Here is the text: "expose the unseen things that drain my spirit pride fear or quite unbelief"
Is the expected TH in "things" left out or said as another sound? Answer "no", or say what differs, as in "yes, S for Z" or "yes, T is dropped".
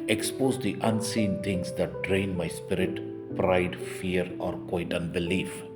yes, T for TH